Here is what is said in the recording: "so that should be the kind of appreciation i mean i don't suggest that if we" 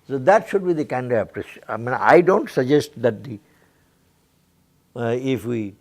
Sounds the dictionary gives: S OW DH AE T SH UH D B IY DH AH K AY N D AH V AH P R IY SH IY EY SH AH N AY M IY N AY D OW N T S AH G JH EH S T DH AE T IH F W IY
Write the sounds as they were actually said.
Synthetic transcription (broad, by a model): S OW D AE T SH UH D B IY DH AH K AY N D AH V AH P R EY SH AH IH M IY N AY D OW N T S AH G JH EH S T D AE T IH F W IY